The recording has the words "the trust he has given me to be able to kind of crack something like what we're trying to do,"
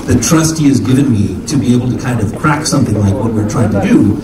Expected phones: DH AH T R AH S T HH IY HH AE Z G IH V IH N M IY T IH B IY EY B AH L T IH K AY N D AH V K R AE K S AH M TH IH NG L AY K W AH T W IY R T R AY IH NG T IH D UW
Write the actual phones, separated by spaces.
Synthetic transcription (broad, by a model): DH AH T R AH S T HH IY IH Z G IH V IH N M IY T IH B IY EY B L T IH K AY N D AH V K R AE K S AH M TH IH NG L AY K W AH T W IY R T R AY IH NG T IH D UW